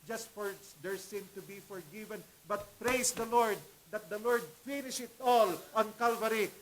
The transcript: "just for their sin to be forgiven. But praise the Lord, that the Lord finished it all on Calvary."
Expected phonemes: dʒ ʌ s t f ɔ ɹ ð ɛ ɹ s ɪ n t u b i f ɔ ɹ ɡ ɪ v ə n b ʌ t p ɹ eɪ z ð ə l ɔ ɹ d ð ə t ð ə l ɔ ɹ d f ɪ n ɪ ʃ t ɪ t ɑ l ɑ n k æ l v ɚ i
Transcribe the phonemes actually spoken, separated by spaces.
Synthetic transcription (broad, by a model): dʒ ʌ s t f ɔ ɹ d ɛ ɹ s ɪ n t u b i f ɔ ɹ ɡ ɪ v ə n b ʌ t p ɹ eɪ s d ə l ɔ ɹ d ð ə t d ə l ɔ ɹ d f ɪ n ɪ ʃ ɪ t ɑ l ɑ n k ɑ l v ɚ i